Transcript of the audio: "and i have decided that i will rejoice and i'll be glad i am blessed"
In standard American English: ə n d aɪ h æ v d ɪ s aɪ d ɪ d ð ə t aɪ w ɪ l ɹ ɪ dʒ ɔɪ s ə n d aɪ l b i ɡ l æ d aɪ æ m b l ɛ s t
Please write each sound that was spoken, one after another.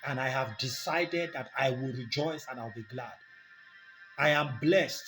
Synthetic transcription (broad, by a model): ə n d aɪ h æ v d ɪ s aɪ d ɪ d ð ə t aɪ w ɪ l ɹ ɪ dʒ ɔɪ s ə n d aɪ l b i ɡ l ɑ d aɪ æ m b l ɛ s t